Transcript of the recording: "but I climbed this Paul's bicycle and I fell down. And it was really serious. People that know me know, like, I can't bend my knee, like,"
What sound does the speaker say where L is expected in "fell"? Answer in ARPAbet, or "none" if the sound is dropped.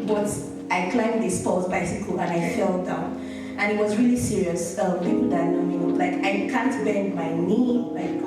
L